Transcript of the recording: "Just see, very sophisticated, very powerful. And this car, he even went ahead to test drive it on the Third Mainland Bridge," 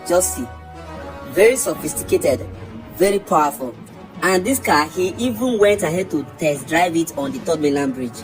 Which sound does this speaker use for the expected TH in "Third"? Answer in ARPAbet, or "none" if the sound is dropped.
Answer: T